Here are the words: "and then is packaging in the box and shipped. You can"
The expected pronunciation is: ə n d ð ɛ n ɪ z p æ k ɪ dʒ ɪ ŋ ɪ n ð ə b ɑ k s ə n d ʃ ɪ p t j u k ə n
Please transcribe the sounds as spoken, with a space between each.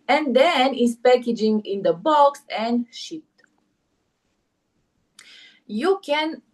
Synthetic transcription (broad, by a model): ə n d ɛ n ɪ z p æ k ɪ dʒ ɪ ŋ ɪ n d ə b ɑ k s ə n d ʃ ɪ t j u k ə n